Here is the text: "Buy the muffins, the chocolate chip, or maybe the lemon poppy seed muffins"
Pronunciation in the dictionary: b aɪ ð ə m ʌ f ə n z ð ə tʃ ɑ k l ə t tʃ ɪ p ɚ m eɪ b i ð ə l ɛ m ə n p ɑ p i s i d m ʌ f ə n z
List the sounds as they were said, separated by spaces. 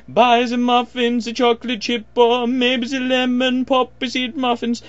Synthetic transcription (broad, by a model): b aɪ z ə m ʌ f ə n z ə tʃ ɑ k l ə t tʃ ɪ p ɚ m eɪ b i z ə l ɛ m ə n p ɑ p i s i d m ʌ f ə n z